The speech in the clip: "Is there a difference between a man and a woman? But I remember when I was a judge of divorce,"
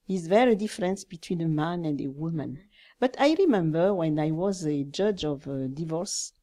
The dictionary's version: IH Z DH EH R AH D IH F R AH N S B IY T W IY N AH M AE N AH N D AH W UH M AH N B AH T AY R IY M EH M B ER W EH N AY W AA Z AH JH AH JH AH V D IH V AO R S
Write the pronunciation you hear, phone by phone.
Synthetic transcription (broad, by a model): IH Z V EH R AH D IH F R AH N S B IY T W IY N AH M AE N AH N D AH W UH M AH N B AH T AY R IY M EH M B ER W EH N AY W AA Z AH JH AH JH AH V D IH V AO R S